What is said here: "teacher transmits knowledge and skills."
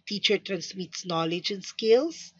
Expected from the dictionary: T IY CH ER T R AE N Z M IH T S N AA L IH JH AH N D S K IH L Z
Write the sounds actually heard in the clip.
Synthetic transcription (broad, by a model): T IY CH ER T R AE N S M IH T S N AA L IH JH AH N S K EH L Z